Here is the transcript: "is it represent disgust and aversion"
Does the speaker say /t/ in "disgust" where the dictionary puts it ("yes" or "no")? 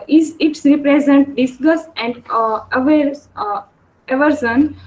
no